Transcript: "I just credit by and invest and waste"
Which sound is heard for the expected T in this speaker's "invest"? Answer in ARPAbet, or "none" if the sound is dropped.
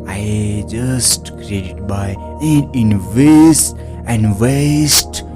none